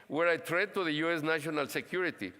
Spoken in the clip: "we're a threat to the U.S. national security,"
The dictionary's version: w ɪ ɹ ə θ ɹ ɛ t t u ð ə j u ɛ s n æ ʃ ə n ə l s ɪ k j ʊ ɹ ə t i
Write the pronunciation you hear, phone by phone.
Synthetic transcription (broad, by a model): w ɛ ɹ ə t ɹ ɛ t t u ð ə j u ɛ s n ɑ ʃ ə n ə l s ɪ k j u ɹ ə t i